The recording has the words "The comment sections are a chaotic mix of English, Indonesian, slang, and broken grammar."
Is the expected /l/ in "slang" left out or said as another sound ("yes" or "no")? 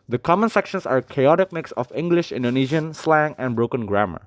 no